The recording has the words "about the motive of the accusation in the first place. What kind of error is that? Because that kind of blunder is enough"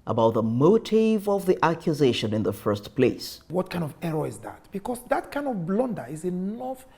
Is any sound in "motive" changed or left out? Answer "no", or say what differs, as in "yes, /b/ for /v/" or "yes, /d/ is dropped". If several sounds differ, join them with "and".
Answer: no